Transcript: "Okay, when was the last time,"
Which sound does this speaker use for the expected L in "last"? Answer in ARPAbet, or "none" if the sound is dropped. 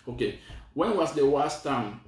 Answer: W